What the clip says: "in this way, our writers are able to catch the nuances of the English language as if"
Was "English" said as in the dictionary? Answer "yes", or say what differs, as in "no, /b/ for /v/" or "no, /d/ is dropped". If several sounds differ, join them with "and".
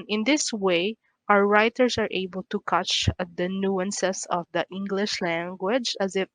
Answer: yes